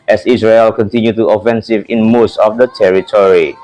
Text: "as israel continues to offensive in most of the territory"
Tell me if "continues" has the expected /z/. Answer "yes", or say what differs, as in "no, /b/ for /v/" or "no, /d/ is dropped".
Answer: no, /z/ is dropped